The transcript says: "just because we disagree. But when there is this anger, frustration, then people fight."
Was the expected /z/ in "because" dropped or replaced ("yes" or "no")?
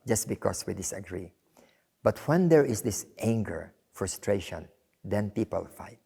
yes